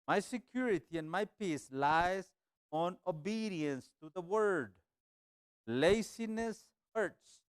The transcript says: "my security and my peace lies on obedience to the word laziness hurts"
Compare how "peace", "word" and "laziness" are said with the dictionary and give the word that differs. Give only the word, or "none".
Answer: laziness